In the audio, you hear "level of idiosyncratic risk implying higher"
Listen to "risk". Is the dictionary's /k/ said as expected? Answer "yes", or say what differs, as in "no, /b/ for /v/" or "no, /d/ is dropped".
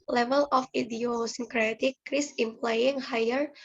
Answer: no, /k/ is dropped